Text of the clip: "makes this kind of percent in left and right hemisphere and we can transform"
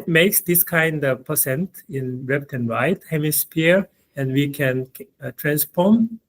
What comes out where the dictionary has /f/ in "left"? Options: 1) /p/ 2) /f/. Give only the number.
1